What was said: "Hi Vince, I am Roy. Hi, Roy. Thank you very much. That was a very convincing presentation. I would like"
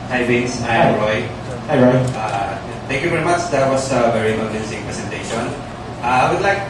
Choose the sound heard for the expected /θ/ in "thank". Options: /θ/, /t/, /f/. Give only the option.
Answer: /t/